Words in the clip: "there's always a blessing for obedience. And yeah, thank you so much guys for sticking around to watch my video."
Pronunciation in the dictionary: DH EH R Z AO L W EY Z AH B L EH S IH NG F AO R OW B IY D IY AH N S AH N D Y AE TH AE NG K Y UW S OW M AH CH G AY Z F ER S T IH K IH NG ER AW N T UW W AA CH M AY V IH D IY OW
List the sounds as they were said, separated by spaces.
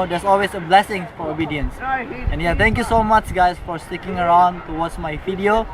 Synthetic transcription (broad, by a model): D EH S AO L W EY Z AH B L EH S IH NG F AO R OW B IY D IY AH N S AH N Y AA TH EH NG K Y UW S OW M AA CH G AY S F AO S T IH K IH NG ER AW N T UW W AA S M AY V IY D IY OW